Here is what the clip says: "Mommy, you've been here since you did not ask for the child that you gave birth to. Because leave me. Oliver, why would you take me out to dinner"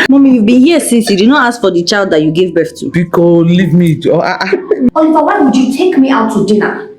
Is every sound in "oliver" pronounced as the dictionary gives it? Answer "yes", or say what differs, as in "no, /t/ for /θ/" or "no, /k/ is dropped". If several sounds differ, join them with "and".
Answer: no, /f/ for /v/